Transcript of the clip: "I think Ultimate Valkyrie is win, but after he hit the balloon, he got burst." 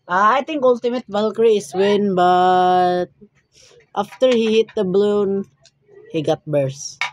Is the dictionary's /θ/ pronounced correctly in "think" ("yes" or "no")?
no